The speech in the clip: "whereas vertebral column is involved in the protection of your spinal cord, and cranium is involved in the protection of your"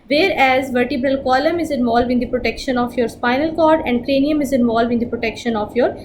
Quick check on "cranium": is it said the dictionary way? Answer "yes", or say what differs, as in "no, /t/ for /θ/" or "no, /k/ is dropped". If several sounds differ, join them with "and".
yes